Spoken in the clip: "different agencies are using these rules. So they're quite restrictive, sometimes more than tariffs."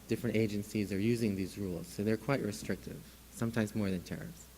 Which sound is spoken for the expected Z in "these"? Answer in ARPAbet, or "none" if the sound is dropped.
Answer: Z